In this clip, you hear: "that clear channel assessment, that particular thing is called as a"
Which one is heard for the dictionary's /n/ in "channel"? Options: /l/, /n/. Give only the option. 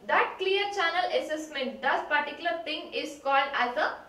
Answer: /n/